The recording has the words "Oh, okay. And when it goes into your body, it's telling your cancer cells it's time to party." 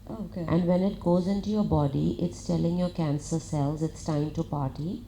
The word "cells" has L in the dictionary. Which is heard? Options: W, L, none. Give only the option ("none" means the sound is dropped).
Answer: L